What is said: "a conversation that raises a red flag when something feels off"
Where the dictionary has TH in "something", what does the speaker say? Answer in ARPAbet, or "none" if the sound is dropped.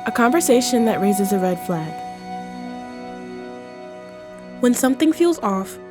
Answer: TH